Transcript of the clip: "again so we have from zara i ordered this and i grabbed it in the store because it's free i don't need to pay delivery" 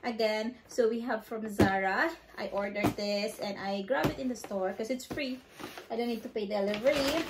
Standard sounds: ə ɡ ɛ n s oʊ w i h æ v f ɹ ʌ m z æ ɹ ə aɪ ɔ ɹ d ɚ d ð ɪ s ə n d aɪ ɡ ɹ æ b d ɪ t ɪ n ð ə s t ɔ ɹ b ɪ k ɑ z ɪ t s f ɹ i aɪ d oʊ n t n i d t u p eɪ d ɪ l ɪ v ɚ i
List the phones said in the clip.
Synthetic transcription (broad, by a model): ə ɡ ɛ n s oʊ w i h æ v f ɹ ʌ m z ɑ ɹ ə aɪ ɔ ɹ d ɚ d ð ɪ s ə n d aɪ ɡ ɹ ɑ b ɪ t ɪ n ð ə s t ɔ ɹ k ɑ s ɪ t s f ɹ i aɪ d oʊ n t n i d t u p eɪ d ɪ l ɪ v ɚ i